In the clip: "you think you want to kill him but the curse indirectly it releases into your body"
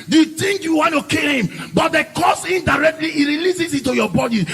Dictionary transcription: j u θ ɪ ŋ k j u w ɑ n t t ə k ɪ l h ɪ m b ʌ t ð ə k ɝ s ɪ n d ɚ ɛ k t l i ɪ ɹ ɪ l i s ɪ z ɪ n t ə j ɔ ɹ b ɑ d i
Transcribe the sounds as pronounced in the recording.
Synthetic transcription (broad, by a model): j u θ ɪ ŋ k j u w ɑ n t t ə k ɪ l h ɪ m b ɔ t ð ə k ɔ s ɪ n d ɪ ɛ k t l i ɪ ɹ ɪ l i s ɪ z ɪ t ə j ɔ b ɑ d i